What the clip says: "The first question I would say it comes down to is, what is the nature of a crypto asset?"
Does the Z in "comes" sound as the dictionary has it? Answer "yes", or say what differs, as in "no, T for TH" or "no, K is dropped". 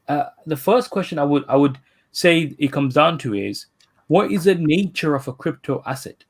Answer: yes